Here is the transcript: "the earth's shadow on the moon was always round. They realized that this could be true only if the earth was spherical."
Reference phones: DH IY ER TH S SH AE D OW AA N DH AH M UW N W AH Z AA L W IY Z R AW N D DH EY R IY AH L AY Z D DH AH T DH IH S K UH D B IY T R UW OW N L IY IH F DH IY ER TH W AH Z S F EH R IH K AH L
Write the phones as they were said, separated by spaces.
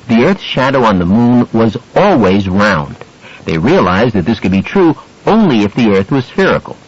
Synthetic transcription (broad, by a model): DH IY ER TH S SH AE D OW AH N DH AH M UW N W AH Z AA L W IY Z R AW N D DH EY R IY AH L AY Z DH AH T DH IH S K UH D B IY T R UW OW N L IY IH F DH IY ER TH W AH Z S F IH R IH K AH L